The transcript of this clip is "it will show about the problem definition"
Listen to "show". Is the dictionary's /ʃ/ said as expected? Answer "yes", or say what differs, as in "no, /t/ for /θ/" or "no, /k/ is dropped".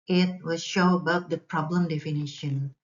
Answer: yes